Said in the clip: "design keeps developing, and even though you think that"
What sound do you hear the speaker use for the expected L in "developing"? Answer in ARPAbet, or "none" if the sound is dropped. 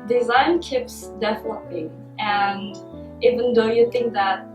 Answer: N